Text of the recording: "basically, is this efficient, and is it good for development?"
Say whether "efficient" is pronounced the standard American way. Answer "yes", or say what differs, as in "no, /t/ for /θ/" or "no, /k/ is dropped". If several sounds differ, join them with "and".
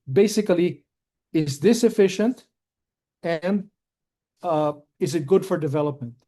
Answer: yes